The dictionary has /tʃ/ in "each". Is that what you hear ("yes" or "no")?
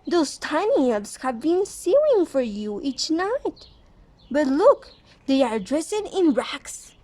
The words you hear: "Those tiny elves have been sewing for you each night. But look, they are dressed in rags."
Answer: yes